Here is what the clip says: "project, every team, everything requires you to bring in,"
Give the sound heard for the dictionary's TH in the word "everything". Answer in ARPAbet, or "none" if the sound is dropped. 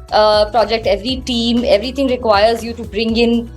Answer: T